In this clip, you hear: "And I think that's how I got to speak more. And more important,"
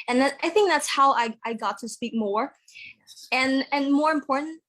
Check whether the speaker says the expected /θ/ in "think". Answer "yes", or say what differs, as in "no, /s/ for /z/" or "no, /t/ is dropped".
yes